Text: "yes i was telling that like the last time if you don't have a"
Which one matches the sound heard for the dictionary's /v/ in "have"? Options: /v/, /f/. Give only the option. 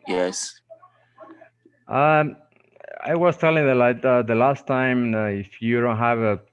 /v/